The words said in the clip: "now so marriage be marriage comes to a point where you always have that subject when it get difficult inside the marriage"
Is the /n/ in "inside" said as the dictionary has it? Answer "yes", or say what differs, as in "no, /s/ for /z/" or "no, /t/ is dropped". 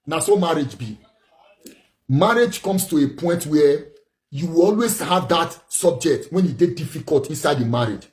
yes